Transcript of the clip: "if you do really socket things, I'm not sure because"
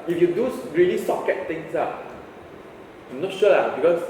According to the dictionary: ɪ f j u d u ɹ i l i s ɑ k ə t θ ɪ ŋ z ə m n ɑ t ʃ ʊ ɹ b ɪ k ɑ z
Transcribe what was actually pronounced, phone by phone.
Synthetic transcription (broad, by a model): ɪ f j u d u ɹ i l i s ɑ k ə t t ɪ ŋ s ə m n ɑ t ʃ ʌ l b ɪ k ɑ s